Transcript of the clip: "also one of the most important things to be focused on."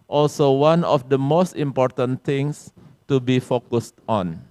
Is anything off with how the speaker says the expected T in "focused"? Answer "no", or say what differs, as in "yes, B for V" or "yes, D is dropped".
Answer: no